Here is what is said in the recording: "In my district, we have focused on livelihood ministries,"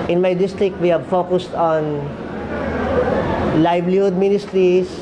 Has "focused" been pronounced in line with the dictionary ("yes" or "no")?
yes